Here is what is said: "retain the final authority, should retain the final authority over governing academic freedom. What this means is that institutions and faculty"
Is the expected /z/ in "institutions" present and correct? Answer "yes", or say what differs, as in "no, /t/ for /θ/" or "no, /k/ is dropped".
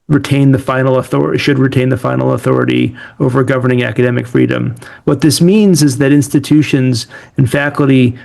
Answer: yes